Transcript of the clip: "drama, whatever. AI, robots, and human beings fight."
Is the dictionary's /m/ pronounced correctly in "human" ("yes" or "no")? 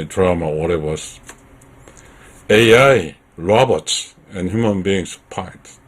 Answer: yes